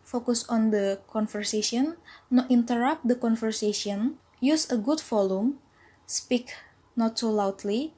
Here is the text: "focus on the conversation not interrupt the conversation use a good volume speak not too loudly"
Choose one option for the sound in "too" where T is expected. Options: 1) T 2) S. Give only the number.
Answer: 2